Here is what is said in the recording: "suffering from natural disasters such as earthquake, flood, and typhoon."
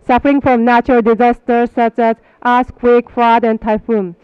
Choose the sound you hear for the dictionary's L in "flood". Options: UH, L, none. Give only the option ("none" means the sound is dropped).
none